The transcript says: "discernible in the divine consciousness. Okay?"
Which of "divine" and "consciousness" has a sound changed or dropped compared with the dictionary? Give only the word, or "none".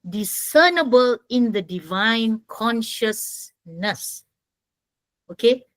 none